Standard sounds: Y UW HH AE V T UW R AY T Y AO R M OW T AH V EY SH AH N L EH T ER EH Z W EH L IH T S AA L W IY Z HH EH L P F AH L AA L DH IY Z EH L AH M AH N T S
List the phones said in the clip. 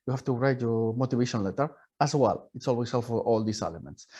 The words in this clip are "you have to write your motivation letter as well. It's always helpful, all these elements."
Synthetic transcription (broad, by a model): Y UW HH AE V T UW R AY T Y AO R M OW T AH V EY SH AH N L EH T ER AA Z W EH L IH T S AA L W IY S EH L F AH AA L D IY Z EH L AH M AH N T S